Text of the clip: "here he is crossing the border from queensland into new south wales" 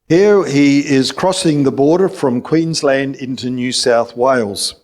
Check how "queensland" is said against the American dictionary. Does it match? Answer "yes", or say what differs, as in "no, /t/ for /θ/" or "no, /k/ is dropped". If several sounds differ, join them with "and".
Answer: yes